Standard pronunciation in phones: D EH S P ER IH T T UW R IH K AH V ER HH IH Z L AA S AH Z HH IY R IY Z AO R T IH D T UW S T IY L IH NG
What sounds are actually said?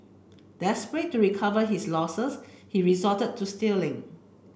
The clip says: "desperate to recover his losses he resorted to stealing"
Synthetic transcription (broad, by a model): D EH S P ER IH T T UW R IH K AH V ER HH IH S L AA S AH S HH IY R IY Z AO T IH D T UW S T IY L IH NG